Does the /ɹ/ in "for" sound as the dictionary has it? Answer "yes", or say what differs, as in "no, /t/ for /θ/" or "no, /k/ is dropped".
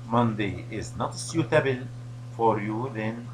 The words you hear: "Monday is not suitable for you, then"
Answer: yes